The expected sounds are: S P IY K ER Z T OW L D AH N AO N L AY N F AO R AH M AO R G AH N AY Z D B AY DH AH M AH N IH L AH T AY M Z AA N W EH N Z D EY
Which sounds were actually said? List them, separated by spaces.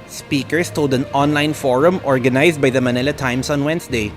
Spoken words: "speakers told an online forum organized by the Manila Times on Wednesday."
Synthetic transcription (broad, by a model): S P IY K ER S T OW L D AH N AO N L AY N F AO R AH M AO R G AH N AY S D B AY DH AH M AH N IH L AH T AY M S AA N W EH N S D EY